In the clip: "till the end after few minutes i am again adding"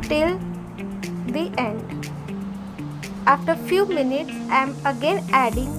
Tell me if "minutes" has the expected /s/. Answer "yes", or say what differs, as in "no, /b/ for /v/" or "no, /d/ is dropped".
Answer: yes